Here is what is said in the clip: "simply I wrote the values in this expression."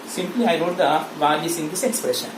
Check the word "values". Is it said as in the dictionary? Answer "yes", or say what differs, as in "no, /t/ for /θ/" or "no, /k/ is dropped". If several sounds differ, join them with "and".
no, /s/ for /z/